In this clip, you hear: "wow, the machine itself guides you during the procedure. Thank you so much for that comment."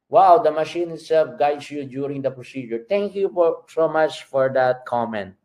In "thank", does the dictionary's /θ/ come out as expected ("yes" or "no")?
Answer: no